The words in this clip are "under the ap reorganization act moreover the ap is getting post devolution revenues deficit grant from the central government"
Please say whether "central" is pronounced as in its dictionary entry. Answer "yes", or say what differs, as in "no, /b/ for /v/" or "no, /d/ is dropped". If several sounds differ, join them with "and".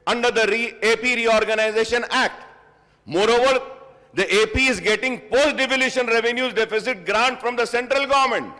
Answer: yes